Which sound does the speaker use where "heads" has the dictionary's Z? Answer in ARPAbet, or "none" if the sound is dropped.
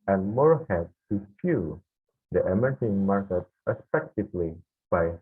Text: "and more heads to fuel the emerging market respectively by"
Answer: none